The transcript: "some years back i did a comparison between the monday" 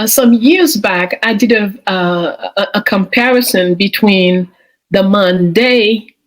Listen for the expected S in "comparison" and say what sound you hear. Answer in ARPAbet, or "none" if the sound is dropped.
S